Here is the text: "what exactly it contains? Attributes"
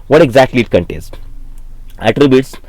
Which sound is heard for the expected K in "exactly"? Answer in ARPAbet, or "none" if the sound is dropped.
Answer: K